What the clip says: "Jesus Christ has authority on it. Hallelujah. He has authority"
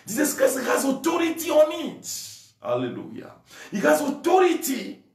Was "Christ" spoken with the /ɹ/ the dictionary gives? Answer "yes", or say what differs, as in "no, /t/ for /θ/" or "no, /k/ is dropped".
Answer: no, /ɹ/ is dropped